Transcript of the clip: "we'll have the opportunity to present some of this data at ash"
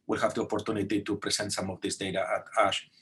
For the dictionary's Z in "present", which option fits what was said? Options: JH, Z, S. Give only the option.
S